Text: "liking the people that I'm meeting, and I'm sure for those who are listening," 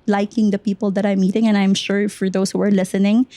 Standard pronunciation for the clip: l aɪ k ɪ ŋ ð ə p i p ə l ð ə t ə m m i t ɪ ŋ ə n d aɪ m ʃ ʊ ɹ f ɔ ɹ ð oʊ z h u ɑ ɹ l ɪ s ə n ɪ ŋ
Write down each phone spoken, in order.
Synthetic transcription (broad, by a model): l aɪ k ɪ ŋ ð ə p i p ə l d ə t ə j m i t ɪ ŋ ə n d aɪ m ʃ ʊ ɹ f ɔ ɹ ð oʊ s h u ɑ ɹ l ɪ s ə n ɪ ŋ